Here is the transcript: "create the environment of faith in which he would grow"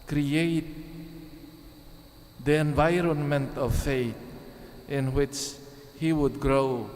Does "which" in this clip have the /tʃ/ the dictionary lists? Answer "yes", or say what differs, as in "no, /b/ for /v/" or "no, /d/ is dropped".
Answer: yes